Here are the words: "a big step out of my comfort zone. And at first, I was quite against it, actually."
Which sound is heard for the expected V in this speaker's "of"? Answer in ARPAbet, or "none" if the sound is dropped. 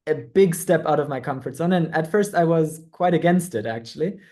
V